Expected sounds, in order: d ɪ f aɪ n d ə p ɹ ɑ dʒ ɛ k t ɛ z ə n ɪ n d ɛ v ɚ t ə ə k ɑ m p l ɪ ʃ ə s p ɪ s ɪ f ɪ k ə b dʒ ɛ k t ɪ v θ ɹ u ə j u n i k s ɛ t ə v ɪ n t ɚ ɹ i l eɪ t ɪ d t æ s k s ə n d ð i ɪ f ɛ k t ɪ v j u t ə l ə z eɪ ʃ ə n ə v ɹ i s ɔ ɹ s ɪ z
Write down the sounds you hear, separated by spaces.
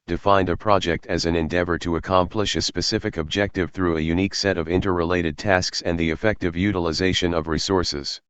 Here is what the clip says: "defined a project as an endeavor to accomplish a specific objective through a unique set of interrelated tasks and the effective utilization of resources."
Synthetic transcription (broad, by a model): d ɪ f aɪ n d ə p ɹ ɑ dʒ ɛ k t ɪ z ə n ɪ n d ɛ v ɚ t ə ə k ɑ m p l ɪ ʃ ə s p ɪ s ɪ f ɪ k ə b dʒ ɛ k t ɪ v θ ɹ u ə j u n i k s ɛ t ə v ɪ n t ɚ ɹ i l eɪ t ɪ d t æ s k s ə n ð i ɪ f ɛ k t ɪ v j u t ə l ə z eɪ ʃ ə n ə v ɹ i s ɔ ɹ s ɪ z